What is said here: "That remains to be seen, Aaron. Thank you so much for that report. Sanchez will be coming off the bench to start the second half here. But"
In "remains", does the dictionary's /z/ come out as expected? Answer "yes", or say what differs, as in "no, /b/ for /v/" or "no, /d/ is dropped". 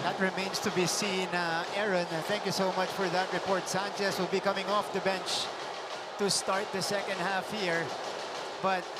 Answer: no, /s/ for /z/